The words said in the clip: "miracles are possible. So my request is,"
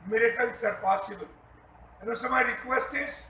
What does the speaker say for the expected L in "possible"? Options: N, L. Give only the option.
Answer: N